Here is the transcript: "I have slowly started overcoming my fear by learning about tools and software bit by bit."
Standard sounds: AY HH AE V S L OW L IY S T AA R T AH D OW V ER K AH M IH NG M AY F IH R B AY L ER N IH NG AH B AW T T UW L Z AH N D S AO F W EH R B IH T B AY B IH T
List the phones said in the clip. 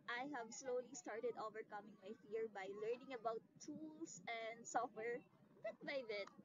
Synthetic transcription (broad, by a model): AY HH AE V S L OW L IY S T AA R T AH D OW V ER K AH M IH NG M AY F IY R B AY L ER N IH NG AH B AW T T UW L S AH N D S AO F W EH R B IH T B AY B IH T